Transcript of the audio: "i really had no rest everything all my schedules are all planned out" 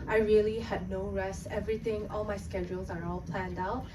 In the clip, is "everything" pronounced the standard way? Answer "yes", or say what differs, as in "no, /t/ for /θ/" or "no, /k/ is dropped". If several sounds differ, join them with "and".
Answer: no, /t/ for /θ/